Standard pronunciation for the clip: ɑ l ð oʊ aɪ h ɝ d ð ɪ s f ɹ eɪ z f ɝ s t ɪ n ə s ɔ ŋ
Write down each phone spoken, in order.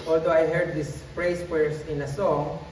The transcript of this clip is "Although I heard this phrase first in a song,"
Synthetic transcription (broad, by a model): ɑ l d oʊ aɪ h ɝ d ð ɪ s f ɹ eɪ s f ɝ s ɪ n ə s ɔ ŋ